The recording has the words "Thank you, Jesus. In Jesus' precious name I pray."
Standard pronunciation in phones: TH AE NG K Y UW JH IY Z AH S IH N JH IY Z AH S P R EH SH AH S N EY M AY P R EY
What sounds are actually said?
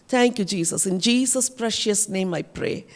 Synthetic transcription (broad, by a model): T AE NG K Y UW JH IY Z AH S IH N JH IY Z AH S P R EH SH AH S N EY M AY P R EY